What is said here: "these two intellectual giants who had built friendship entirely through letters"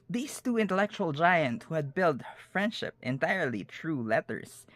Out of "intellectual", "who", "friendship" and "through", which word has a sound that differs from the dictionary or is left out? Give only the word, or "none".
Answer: through